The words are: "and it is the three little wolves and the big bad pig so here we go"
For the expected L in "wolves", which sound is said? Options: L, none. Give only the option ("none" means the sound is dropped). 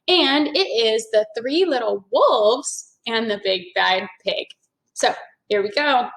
L